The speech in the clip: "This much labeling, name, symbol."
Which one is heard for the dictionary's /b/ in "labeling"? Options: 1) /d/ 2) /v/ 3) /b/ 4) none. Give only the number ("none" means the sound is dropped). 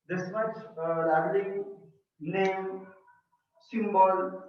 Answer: 4